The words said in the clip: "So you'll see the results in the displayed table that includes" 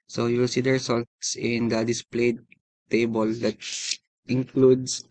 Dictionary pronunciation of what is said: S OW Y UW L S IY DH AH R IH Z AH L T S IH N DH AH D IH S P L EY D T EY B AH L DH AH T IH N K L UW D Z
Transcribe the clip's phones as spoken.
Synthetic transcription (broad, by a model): S OW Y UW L S IY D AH R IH S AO L T S IH N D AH D IH S P L EY D T EY B AH L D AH T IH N K L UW D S